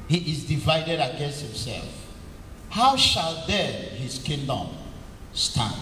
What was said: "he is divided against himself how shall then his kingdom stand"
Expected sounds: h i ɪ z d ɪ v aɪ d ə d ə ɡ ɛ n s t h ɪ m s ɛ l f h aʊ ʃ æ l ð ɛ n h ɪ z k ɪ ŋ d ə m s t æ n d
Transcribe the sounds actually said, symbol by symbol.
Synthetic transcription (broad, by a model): h i ɪ z d ɪ v aɪ d ə d ə ɡ ɛ n s t h ɪ m s ɛ l f h aʊ ʃ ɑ l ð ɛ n h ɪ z k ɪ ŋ d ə m s t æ n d